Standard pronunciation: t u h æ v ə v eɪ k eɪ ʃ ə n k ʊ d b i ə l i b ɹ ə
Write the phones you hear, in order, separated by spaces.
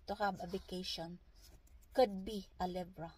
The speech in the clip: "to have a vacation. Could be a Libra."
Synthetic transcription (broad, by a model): t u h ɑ b ə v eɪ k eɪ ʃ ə n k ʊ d b i ə l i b ɹ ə